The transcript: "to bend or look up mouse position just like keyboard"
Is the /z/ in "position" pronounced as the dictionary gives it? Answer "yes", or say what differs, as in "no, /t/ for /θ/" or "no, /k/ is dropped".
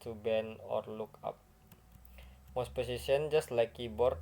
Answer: no, /s/ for /z/